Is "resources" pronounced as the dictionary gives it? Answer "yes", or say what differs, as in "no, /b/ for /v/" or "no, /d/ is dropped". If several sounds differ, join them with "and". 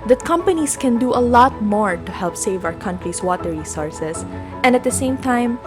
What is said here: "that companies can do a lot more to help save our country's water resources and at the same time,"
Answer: no, /s/ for /z/